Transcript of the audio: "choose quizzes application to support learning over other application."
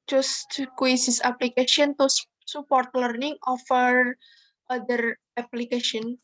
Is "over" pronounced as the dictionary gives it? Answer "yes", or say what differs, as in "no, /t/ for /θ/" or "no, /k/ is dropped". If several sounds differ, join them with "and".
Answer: no, /f/ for /v/